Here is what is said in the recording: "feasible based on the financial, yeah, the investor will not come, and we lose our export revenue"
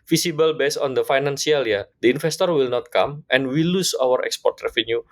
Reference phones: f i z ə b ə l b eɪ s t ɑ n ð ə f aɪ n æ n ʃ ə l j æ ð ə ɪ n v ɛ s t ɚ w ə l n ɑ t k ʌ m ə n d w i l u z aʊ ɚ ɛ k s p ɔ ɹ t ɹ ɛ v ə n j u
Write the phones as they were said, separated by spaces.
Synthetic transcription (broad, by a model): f i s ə b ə l b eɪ s ɑ n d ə f aɪ n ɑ n s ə l j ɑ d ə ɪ n f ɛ s t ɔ w ə l n ɑ t k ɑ m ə n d w i l u s aʊ ɚ ɛ k s p ɔ ɹ t ɹ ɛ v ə n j u